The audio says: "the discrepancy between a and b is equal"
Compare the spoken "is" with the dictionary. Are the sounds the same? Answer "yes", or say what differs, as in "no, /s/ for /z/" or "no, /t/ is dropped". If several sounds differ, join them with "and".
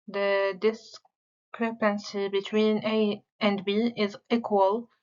yes